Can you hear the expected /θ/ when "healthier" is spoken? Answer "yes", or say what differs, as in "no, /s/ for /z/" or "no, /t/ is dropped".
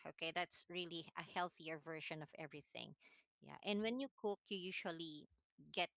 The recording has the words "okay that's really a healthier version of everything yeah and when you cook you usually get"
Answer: yes